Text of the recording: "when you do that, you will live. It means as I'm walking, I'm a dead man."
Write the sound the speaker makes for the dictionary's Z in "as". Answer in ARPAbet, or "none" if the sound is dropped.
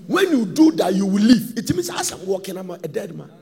S